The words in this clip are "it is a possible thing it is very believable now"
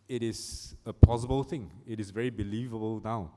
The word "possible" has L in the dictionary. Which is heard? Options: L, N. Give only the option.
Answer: L